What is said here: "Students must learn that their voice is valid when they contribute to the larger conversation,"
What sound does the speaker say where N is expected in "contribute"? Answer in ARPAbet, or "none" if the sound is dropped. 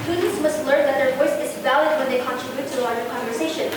N